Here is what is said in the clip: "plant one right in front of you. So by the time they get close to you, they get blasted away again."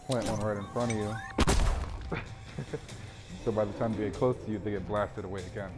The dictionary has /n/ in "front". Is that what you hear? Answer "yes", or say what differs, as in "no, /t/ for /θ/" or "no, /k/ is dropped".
no, /n/ is dropped